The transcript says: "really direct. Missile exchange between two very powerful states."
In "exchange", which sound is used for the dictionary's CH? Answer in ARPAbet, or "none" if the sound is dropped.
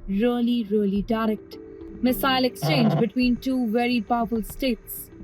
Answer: CH